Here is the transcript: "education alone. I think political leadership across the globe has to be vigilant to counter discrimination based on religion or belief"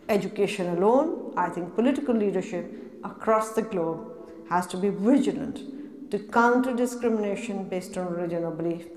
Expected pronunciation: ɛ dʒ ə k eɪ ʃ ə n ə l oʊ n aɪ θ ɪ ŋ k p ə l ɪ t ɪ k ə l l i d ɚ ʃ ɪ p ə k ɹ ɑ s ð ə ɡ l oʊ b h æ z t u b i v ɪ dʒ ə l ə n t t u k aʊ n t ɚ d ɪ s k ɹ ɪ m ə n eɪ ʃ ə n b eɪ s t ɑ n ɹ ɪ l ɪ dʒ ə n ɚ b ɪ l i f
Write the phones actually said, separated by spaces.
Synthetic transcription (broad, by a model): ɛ dʒ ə k eɪ ʃ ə n ə l oʊ n aɪ t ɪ ŋ k p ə l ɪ t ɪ k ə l l i d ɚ ʃ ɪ p ə k ɹ ɑ s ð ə ɡ l oʊ b h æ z t u b i v ɪ dʒ ə l ə n t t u k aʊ n t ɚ d ɪ s k ɹ ɪ m ə n eɪ ʃ ə n b eɪ s t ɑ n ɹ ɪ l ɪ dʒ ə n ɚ b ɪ l i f